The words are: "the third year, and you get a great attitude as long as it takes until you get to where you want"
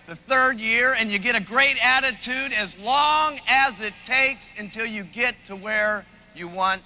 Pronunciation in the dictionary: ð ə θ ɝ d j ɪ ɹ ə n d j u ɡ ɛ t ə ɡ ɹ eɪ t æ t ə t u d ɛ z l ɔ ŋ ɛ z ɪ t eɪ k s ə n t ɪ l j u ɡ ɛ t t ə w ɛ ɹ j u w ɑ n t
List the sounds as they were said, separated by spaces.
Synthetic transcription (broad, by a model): ð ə θ ɝ d j ɪ ɹ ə n j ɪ ɡ ɛ t ə ɡ ɹ eɪ t æ t ə t u d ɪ z l ɔ ŋ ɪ z ɪ t eɪ k s ə n t ɪ l j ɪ ɡ ɛ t t ə w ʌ ɹ j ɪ w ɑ n t